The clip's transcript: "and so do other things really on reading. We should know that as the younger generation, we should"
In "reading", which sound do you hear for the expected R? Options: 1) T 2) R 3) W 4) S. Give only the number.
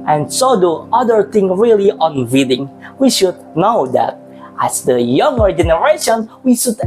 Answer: 3